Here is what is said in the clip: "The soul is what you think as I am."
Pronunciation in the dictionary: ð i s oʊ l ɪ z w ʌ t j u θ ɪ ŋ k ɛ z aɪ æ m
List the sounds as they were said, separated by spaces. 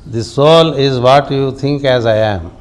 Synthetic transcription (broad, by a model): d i s oʊ l ɪ z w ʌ t j u t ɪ ŋ k ɛ z aɪ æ m